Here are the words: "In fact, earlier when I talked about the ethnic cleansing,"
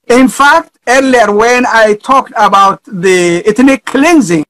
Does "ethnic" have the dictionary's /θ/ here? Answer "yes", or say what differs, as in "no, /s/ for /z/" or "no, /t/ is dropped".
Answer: no, /t/ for /θ/